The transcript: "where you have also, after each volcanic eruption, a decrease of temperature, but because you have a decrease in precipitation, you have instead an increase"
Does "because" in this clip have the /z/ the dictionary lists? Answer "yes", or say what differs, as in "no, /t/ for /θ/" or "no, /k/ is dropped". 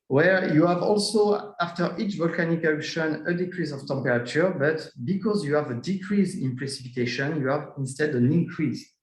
yes